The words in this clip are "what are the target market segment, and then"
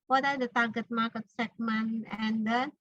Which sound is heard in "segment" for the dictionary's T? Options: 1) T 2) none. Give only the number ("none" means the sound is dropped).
2